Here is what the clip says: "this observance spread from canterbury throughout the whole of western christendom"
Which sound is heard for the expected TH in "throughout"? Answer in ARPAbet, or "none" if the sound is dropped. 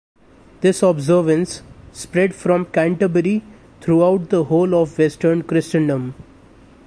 T